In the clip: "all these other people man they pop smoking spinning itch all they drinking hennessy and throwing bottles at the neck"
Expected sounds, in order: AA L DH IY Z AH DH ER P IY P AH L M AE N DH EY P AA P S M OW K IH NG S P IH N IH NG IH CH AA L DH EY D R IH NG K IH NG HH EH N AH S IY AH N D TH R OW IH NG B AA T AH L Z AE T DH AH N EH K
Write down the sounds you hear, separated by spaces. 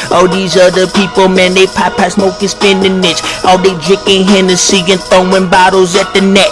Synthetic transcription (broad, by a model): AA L DH IY Z AH DH ER P IY P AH L M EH N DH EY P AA P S M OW K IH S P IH N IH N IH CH AA L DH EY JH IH K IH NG HH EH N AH S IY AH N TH OW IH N B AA T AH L Z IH T DH AH N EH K